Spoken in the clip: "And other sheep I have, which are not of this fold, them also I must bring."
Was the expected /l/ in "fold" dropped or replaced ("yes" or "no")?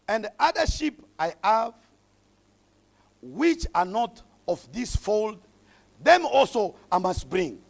no